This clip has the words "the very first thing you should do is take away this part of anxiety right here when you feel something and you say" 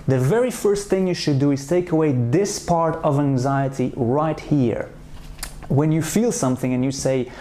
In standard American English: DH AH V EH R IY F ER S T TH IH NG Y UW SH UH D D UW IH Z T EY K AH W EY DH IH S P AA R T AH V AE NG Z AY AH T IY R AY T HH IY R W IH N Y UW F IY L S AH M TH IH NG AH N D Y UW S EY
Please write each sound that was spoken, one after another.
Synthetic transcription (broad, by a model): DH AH V EH R IY F ER S T TH IH NG Y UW SH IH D D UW IH Z T EY K AH W EY DH IH S P AA R T AH V AE NG Z AY AH T IY R AY T HH IY R W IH N Y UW F IY L S AH M TH IH NG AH N Y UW S EY